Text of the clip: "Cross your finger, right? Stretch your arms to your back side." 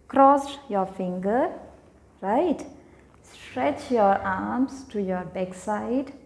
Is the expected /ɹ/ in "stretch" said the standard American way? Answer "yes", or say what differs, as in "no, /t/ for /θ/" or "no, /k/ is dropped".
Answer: yes